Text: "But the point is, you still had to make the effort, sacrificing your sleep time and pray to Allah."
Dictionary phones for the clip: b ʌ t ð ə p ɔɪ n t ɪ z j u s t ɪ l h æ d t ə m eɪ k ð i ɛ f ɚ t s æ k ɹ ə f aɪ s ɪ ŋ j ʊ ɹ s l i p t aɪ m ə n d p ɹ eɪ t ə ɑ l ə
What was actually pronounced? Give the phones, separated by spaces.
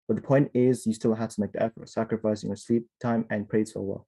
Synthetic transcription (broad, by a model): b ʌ t ð ə p ɔɪ n t ɪ z j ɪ s t ɪ l h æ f t ə m eɪ k ð i ɛ f ɚ t s æ k ɹ ə f aɪ s ɪ ŋ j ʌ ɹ s l i p t aɪ m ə n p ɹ eɪ s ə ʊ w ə